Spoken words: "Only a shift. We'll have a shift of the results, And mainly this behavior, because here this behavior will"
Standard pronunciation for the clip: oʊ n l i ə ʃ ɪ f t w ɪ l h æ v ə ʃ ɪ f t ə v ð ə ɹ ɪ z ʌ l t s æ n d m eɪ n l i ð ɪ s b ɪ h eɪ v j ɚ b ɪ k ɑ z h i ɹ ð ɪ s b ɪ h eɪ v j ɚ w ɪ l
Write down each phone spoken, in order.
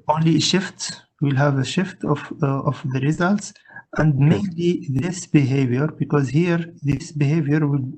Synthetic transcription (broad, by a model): oʊ n l i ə ʃ ɪ f t w ɪ l h æ v ə ʃ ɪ f t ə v ð ə ɹ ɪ z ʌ l t s æ n d m eɪ n l i ð ɪ s b ɪ h eɪ v j ɚ b ɪ k ɑ z h i ɹ ð ɪ s b ɪ h eɪ v j ɚ w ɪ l